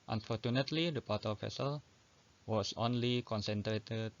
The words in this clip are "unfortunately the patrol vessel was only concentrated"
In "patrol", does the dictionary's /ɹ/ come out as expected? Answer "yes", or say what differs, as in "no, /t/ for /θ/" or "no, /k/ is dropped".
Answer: no, /ɹ/ is dropped